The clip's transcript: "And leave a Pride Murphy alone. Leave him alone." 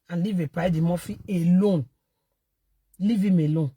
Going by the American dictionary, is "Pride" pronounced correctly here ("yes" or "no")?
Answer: no